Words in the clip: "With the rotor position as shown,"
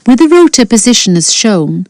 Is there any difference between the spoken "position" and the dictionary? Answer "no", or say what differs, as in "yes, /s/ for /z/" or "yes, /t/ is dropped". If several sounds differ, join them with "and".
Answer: no